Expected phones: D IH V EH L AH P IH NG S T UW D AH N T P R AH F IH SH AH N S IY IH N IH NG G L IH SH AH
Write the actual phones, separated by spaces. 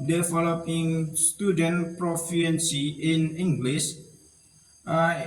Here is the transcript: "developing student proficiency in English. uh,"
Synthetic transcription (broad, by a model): D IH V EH L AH P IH NG S T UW D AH N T P R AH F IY AH N S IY IH N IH NG G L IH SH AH